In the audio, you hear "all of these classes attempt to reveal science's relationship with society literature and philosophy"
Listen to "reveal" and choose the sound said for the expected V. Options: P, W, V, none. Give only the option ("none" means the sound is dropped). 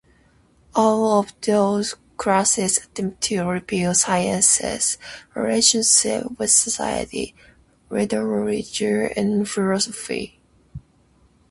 P